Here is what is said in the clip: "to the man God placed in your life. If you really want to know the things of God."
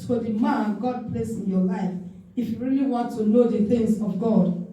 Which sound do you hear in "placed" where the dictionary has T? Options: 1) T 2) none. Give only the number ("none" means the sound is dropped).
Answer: 2